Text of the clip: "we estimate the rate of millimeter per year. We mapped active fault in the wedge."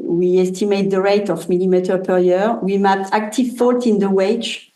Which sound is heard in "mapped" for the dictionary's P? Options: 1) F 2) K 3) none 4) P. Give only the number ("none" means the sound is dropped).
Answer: 3